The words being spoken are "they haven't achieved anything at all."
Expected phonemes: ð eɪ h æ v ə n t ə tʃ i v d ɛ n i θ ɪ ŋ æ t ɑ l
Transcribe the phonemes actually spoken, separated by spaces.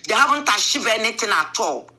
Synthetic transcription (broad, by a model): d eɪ h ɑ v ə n t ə ʃ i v ɛ n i t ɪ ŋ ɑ t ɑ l